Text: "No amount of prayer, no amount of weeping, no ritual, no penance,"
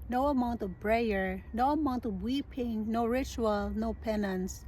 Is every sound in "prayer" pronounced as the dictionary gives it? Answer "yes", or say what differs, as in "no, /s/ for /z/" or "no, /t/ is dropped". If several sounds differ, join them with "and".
no, /b/ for /p/